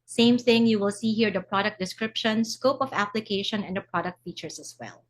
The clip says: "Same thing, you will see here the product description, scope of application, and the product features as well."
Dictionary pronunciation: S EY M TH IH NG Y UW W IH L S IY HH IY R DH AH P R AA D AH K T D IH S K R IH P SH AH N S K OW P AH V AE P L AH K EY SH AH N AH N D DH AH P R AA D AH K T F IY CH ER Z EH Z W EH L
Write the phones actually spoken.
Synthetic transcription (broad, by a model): S EY M TH IH NG Y UW W IH L S IY HH IY R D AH P R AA D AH K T D IH S K R IH P SH AH N S K OW P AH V AE P L AH K EY SH AH N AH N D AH P R AA D AH K T F IY CH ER S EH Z W EH L